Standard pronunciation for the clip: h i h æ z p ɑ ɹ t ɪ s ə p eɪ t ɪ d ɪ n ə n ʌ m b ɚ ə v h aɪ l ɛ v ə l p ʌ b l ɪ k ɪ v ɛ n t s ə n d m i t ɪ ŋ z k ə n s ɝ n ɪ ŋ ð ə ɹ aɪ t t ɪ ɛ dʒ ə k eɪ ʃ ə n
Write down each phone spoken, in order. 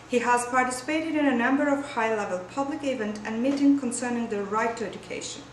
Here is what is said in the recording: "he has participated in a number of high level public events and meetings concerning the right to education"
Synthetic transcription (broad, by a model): h i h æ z p ɑ ɹ t ɪ s ə p eɪ t ɪ d ɪ n ə n ʌ m b ɚ ə v h aɪ l ɛ v ə l p ʌ b l ɪ k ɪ v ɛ n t ə n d m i t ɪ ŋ k ə n s ɝ n ɪ ŋ ð ə ɹ aɪ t t ɪ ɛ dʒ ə k eɪ ʃ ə n